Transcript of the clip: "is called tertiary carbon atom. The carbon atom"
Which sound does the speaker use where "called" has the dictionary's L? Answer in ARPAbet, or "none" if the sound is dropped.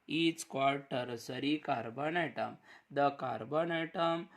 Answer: none